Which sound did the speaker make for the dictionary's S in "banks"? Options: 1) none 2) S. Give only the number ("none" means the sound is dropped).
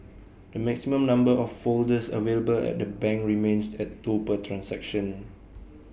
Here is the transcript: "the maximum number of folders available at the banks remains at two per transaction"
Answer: 1